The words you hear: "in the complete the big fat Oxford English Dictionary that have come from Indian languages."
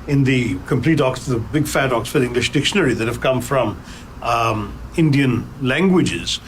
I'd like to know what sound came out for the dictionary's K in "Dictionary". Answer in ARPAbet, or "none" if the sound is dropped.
K